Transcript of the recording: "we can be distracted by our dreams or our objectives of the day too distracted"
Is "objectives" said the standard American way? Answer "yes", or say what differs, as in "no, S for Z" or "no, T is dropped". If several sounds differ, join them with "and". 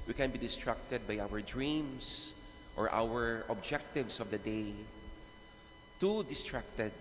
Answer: no, S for Z